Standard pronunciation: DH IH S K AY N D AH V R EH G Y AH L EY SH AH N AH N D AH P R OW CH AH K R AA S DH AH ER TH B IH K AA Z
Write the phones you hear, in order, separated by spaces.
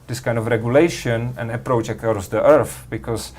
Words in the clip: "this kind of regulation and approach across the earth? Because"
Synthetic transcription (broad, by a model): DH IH S K AY N D AH V R EH G Y AH L EY SH AH N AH N AH P R OW CH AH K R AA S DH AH ER TH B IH K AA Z